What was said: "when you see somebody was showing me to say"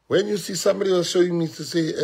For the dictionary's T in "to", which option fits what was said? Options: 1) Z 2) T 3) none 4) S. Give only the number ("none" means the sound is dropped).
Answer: 4